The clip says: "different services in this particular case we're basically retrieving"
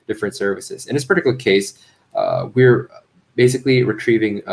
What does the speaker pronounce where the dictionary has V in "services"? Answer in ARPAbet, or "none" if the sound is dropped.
V